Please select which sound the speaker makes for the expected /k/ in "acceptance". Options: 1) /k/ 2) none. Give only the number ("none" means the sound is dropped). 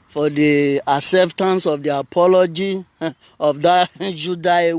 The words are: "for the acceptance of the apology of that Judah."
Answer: 2